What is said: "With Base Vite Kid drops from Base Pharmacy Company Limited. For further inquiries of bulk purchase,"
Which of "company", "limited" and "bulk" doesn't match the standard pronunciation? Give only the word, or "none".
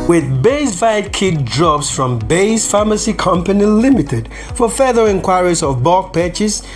bulk